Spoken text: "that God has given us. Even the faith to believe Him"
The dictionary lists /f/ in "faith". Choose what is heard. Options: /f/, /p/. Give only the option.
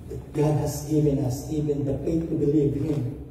/p/